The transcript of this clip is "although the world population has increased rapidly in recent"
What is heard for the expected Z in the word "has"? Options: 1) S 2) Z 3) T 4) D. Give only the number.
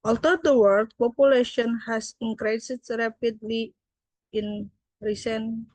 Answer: 1